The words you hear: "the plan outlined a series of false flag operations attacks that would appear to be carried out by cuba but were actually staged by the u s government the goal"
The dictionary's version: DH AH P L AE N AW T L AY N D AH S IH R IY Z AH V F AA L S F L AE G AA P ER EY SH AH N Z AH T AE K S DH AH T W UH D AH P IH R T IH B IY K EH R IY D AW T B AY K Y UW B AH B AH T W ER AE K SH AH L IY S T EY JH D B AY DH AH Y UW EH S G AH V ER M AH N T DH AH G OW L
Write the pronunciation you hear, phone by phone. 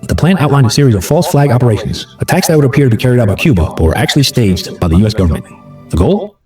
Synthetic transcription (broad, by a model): DH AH P L AE N AW T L AY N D AH S IH R IY Z AH V F AA L S F L AE G AA P ER EY SH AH N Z AH T AE K S DH AH T W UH D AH P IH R T IH B IY K EH R IY D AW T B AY K Y UW B AH B AH T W ER AE K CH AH L IY S T EY JH D B AY DH AH Y UW EH S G AH V ER M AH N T DH AH G OW L